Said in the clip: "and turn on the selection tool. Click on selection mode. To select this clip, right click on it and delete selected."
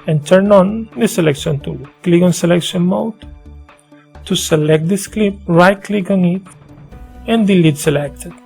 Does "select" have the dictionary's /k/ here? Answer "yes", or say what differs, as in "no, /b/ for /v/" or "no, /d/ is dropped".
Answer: yes